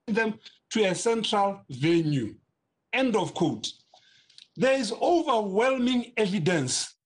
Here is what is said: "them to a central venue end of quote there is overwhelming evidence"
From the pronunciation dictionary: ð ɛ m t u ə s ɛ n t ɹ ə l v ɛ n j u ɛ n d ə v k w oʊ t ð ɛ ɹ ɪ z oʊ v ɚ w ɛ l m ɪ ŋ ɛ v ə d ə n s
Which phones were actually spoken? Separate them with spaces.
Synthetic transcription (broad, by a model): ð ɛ m t u ə s ɛ n t ɹ ə l v ɛ n j u ɛ n d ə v k oʊ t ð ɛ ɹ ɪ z oʊ v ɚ w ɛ l m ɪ ŋ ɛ v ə d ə n s